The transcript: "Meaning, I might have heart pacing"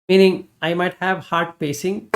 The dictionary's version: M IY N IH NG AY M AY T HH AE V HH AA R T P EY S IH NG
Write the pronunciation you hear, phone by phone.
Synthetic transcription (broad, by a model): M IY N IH NG AY M AY T HH AE V HH AA R T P EY S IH NG